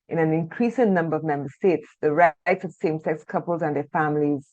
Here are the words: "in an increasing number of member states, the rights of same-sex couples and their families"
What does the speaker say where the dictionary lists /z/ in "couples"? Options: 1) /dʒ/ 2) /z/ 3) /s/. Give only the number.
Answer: 2